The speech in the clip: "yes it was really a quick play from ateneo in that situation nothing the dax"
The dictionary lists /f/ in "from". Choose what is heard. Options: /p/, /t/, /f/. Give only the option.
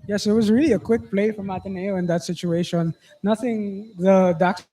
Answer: /f/